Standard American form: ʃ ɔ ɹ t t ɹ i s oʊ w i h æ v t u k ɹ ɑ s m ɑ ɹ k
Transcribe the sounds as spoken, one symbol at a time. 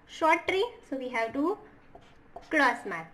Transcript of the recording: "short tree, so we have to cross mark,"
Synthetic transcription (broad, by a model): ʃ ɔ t t ɹ i s oʊ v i h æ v t u k l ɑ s m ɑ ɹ